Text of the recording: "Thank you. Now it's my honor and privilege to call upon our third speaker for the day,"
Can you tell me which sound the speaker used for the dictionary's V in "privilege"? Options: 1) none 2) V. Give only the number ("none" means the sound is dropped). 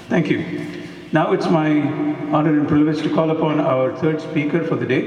1